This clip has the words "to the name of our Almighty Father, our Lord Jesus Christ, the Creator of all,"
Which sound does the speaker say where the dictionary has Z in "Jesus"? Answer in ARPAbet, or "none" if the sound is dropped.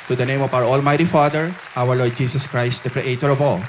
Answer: S